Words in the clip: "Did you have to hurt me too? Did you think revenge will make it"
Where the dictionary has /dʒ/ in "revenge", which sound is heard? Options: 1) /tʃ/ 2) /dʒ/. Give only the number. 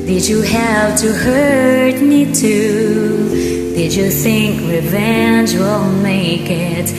2